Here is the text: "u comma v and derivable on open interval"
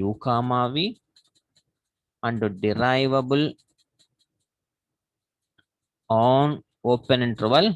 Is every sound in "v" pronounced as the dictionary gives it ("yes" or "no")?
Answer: yes